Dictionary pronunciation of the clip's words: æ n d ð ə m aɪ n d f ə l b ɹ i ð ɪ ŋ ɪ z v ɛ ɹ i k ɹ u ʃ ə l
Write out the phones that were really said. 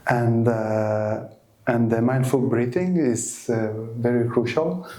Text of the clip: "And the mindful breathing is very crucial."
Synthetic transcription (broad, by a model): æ n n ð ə m aɪ n d f ə l b ɹ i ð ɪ ŋ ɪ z v ɛ ɹ i k ɹ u ʃ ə l